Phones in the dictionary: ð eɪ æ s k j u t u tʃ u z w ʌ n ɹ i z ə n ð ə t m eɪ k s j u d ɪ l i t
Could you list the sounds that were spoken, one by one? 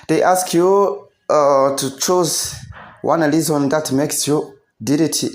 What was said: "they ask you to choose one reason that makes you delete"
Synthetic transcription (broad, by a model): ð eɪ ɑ s k j u t u tʃ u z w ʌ n l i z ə n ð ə t m eɪ k s j u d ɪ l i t